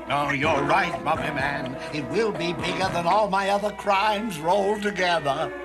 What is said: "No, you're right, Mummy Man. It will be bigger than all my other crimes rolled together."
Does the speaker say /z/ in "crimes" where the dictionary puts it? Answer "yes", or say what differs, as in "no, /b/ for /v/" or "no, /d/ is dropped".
yes